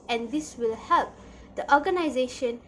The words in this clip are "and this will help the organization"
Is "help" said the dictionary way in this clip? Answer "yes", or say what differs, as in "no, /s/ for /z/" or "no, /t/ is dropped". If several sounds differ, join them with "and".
yes